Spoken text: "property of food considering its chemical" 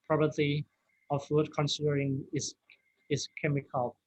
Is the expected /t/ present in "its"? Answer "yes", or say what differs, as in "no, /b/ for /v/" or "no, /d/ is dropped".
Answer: no, /s/ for /t/